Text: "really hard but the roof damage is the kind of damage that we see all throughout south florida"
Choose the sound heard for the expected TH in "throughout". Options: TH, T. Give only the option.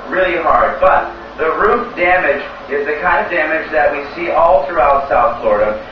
TH